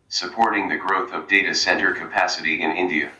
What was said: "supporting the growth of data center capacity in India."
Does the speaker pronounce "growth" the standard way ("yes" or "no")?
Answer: yes